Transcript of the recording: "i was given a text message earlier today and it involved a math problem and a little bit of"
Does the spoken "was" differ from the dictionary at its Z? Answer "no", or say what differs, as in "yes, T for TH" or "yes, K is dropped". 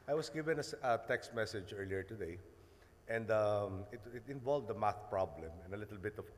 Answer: yes, S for Z